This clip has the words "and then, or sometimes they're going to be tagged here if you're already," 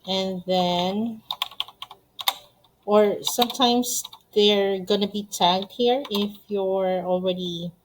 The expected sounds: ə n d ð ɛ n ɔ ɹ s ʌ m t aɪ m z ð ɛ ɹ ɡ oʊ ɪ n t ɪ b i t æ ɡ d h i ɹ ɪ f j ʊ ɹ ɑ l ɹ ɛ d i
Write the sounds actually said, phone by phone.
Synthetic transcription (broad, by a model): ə n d ð ɛ n ɔ ɹ s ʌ m t aɪ m s ð ɛ ɹ ɡ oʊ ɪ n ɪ b i t æ ɡ d h i ɹ ɪ f j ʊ ɹ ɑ l ɹ ɛ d i